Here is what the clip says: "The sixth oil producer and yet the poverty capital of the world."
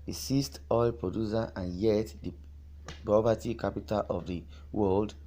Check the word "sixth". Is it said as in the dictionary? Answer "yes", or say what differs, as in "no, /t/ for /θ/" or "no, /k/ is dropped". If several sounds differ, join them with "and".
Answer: no, /k/ is dropped and /t/ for /θ/